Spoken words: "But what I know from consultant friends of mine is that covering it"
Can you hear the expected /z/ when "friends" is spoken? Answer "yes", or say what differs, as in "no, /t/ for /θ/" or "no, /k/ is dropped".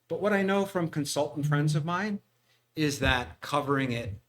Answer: yes